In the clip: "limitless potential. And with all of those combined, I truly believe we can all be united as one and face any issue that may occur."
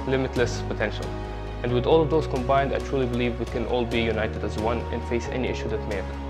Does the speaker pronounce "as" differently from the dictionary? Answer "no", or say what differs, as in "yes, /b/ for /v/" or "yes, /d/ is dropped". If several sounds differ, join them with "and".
no